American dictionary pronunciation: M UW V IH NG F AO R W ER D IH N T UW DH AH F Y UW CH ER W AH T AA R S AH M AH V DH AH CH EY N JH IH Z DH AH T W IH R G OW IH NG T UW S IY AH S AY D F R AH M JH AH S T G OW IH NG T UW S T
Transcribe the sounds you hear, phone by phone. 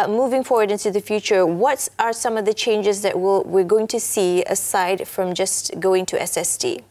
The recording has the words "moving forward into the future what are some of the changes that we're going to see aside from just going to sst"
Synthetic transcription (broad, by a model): M UW V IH NG F AO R W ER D IH N T UW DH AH F Y UW CH ER W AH T AA R S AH M AH V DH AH CH EY N JH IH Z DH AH T W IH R G OW IH NG T UW S IY AH S AY D F R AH M JH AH S G OW IH NG T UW S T